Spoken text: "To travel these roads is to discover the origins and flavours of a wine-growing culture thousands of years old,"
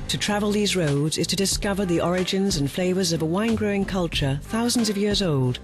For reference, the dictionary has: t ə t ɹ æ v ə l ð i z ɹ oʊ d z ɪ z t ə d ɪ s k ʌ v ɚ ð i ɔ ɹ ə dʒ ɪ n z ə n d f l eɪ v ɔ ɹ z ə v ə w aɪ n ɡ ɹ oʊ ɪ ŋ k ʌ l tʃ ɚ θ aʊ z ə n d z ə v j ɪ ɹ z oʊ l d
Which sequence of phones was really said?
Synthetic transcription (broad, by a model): t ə t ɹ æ v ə l ð i z ɹ oʊ d z ɪ z t ə d ɪ s k ʌ v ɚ ð i ɔ ɹ ə dʒ ɪ n z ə n f l eɪ v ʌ ɹ z ə v ə w aɪ n ɡ ɹ oʊ ɪ ŋ k ʌ l tʃ ɚ θ aʊ z ə n d z ə v j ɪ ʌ z oʊ l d